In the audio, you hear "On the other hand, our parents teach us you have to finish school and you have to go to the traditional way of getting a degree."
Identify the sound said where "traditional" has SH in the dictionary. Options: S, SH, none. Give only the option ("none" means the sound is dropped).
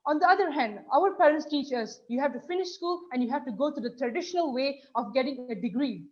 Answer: SH